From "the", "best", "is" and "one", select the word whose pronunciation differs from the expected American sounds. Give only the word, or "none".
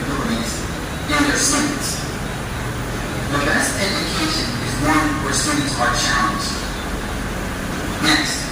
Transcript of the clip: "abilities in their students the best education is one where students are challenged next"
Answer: none